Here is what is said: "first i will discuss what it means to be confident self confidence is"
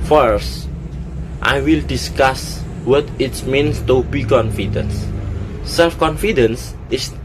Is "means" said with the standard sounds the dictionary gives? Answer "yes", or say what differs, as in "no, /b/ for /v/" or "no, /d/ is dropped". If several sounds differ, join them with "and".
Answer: no, /s/ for /z/